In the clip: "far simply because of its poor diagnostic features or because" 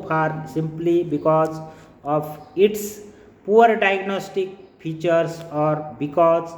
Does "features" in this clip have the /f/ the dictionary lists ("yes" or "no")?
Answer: no